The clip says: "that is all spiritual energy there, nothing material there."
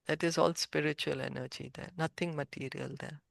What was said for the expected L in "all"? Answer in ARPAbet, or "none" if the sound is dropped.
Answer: L